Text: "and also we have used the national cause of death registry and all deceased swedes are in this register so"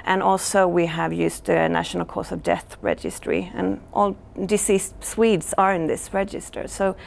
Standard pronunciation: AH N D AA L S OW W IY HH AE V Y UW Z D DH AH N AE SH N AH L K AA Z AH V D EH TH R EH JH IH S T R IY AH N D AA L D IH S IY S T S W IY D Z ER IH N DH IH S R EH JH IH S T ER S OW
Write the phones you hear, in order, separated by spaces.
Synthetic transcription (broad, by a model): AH N AA L S OW W IY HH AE V Y UW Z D DH AH N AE SH N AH L K AA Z AH V D EH TH R EH JH IH S T R IY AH N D AA L D IH S IY S T S W IY D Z ER IH N DH IH S R EH JH IH S T ER S OW